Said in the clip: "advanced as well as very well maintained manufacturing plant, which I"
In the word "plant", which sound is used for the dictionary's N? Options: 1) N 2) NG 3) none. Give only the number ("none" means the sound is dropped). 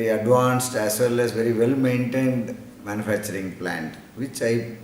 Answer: 1